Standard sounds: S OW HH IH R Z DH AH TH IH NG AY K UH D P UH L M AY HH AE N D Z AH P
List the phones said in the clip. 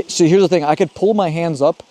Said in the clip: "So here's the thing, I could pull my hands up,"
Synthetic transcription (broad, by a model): S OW HH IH R Z DH AH TH IH NG AY K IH D P UH L M AY HH AE N D Z AH P